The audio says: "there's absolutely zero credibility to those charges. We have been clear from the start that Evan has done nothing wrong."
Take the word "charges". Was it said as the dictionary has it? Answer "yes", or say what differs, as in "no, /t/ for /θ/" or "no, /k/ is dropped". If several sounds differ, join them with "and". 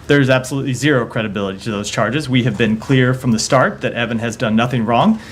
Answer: yes